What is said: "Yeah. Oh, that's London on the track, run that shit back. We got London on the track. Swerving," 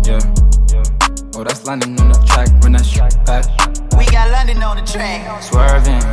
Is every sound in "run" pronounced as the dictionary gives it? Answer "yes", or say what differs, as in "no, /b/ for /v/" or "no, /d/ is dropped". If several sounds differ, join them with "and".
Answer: no, /w/ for /ɹ/